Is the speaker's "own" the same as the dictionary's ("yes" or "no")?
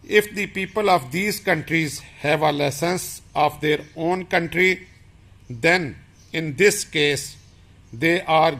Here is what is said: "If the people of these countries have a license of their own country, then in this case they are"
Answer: yes